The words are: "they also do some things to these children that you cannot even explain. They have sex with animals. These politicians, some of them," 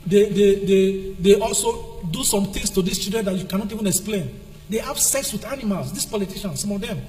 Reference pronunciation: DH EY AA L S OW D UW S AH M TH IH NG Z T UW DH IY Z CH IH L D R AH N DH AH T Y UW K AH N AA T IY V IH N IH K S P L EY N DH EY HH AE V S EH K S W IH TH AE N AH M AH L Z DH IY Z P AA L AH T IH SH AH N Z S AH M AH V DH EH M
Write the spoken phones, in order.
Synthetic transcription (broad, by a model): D EY AA L S OW D UW S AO M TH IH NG S T UW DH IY S CH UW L D R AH N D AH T Y UW K AH N AA T IY V IH N IH K S P L EY N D EY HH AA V S EH K S W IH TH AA N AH M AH L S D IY S P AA L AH T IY SH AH N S S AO M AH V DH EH M